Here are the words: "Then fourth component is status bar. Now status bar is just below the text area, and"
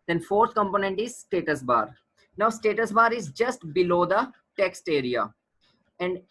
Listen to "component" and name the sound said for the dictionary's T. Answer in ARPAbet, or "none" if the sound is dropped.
T